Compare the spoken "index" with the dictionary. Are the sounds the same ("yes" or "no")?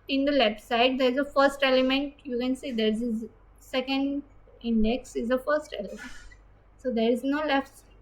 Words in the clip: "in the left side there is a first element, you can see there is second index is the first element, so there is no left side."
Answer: yes